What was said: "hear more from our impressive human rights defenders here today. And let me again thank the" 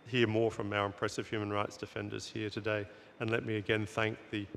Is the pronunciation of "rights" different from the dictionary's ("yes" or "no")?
no